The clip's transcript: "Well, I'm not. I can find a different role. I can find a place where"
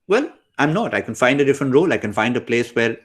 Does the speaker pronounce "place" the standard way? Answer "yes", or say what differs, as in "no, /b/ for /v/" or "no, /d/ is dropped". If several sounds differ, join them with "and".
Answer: yes